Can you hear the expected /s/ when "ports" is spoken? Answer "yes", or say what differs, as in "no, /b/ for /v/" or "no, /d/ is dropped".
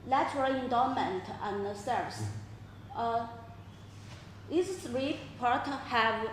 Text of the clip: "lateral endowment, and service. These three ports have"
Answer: no, /s/ is dropped